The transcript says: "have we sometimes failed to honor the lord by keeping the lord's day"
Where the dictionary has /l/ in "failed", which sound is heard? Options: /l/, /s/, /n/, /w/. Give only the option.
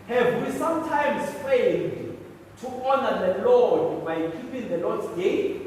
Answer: /n/